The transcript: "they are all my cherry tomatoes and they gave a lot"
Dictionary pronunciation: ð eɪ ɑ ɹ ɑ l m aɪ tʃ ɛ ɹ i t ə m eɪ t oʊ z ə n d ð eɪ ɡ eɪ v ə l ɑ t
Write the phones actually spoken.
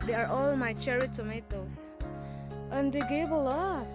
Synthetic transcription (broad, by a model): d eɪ ɑ ɹ ɑ l m aɪ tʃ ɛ ɹ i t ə m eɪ t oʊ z ə n d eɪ ɡ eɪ b ə l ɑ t